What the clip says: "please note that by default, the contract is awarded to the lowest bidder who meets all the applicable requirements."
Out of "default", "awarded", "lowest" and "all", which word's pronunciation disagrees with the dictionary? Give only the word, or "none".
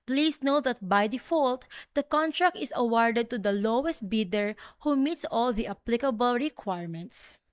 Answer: none